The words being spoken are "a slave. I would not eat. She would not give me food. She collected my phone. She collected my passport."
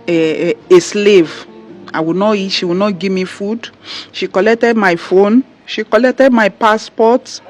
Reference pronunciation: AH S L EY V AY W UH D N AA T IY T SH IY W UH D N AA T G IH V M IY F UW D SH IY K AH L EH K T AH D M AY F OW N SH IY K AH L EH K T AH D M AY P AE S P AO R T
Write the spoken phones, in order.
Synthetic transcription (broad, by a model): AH S L EY V AY W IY N AA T IY T SH IY W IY N AA T G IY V M IY F UW D SH IY K AH L EH K T AH D M AY F OW N SH IY K AH L EH K T AH D M AY P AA S P AO T